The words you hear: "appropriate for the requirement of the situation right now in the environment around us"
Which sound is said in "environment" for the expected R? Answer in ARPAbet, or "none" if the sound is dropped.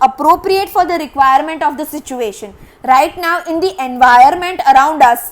none